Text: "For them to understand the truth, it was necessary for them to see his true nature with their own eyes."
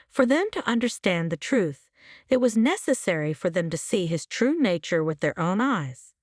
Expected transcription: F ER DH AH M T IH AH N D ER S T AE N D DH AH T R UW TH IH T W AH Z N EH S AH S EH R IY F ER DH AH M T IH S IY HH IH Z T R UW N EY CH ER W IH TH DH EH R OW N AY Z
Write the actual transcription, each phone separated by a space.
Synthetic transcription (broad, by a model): F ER DH AH M T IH AH N D ER S T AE N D DH AH T R UW TH IH T W AH Z N EH S AH S EH R IY F ER DH AH M T IH S IY IH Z T R UW N EY CH ER W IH DH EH R OW N AY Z